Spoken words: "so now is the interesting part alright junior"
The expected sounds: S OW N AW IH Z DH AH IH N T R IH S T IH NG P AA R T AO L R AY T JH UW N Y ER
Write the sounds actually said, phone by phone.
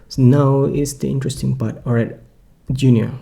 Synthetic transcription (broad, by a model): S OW N AW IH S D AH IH N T R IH S T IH NG P AA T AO R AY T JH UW N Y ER